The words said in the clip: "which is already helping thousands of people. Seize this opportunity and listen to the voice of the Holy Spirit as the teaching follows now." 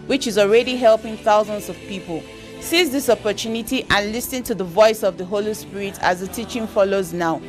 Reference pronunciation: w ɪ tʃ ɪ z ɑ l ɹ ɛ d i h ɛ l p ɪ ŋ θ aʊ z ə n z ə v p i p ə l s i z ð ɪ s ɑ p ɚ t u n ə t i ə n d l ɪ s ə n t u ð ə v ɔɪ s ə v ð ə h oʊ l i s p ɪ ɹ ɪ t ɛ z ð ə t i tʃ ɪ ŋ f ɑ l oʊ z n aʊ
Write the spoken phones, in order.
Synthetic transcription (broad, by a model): w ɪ tʃ ɪ z ɑ l ɹ ɛ d i h ɛ l p ɪ ŋ θ aʊ z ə n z ə v p i p ə l s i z ð ɪ s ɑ p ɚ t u n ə t i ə n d l ɪ s ə n t u ð ə v ɔɪ s ə v ð ə h oʊ l i s p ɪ ɹ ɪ t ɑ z ð ə t i tʃ ɪ ŋ f ɑ l oʊ z n aʊ